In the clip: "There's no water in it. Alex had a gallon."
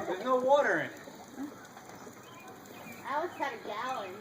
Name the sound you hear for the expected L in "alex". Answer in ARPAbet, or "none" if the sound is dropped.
W